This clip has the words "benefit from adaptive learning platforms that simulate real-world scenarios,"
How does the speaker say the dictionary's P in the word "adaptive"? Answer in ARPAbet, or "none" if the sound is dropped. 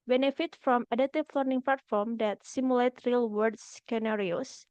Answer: none